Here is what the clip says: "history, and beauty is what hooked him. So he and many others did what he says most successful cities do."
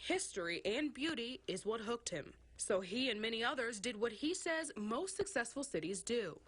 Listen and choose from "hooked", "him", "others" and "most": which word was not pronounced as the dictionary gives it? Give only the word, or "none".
none